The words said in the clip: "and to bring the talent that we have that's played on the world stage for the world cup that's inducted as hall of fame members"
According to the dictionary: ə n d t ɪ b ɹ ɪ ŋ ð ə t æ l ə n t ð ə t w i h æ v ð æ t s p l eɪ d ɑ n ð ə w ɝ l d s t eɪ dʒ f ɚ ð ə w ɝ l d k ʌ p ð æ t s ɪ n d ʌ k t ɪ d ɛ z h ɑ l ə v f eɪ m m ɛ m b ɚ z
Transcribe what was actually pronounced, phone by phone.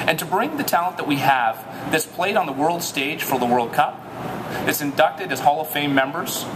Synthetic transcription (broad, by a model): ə n t ɪ b ɹ ɪ ŋ ð ə t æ l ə n ð ə t w i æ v ð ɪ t s p l eɪ d n ð ə w ɝ l d s t eɪ dʒ f ɚ ð ə w ɝ l d k ʌ p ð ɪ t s ɪ n d ʌ k t ɪ d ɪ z h ɑ l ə f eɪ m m ɛ m b ɚ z